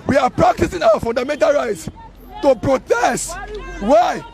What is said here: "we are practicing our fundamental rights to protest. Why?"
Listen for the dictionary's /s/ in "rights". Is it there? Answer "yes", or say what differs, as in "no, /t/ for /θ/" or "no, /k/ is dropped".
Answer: yes